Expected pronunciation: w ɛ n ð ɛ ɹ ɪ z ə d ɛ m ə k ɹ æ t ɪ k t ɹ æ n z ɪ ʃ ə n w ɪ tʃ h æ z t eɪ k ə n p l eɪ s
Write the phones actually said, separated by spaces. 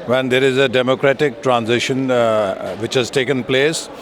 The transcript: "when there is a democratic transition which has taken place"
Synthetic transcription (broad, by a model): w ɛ n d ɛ ɹ ɪ z ə d ɛ m ə k ɹ æ t ɪ k t ɹ æ n z ɪ ʃ ə n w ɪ tʃ h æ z t eɪ k ə n p l eɪ s